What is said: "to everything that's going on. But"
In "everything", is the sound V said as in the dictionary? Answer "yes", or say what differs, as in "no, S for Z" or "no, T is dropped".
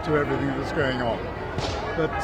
yes